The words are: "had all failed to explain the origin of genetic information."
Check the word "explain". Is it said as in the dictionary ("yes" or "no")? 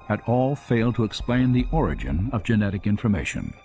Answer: yes